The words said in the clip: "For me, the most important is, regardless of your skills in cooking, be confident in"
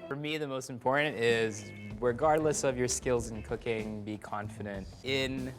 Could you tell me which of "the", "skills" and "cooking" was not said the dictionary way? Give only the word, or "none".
none